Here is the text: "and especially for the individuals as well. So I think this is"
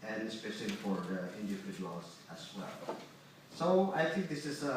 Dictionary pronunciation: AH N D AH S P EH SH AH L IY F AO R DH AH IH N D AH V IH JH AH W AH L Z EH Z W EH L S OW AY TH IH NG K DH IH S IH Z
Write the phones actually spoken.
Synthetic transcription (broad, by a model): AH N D AH S P EH SH AH L IY F AO R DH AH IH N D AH IH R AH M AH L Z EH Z W EH L S OW AY TH IH NG K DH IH S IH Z